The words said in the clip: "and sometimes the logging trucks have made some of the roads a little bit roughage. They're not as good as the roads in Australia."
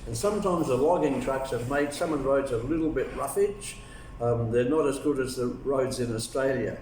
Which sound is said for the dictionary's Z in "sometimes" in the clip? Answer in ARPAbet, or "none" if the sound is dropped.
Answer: Z